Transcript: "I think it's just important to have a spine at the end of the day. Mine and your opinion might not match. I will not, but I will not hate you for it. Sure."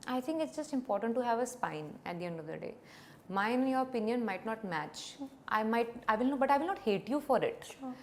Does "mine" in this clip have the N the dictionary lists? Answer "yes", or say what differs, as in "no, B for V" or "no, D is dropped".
no, N is dropped